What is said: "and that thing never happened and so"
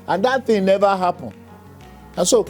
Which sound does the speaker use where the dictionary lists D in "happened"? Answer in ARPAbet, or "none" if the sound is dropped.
none